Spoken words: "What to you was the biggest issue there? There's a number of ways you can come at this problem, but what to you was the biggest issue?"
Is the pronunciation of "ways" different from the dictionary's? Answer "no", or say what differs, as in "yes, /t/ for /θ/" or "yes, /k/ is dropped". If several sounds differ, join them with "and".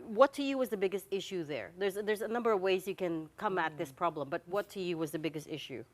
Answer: no